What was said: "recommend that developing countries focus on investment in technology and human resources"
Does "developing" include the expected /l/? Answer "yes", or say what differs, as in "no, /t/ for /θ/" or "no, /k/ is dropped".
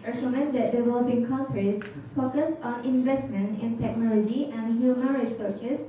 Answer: yes